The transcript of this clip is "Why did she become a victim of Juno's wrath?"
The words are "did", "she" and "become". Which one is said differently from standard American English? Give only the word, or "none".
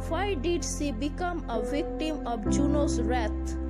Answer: she